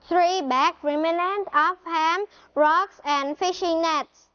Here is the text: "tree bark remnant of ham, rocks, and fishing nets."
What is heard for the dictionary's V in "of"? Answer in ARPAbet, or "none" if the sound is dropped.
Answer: F